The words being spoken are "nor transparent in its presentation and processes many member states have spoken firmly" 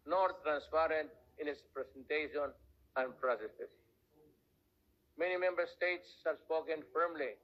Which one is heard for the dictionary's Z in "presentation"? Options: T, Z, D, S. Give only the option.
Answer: S